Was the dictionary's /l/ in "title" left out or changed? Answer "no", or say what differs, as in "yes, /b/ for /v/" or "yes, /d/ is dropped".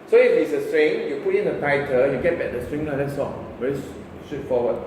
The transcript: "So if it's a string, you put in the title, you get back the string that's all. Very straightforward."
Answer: yes, /n/ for /l/